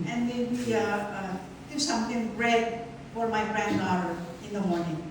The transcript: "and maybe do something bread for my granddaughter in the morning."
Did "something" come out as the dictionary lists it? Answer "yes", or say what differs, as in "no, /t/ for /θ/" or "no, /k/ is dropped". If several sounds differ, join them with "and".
no, /t/ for /θ/